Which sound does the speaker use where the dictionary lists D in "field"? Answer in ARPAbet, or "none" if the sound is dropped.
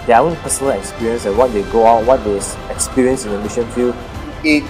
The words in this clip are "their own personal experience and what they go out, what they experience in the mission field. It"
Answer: none